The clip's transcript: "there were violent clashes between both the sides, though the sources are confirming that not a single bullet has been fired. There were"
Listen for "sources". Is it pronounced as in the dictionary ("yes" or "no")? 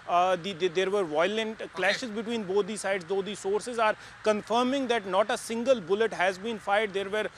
yes